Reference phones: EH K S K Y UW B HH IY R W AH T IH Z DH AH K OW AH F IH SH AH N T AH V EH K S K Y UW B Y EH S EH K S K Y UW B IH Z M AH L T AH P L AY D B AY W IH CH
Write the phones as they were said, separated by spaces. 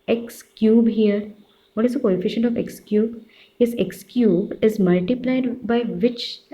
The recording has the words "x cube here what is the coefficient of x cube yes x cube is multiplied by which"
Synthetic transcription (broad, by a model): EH K S K Y UW B HH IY R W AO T IH Z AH K OW AH F IH SH AH N T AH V EH K S K Y UW B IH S EH K S K Y UW B IH Z M AH L T AH P L AY D B AY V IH CH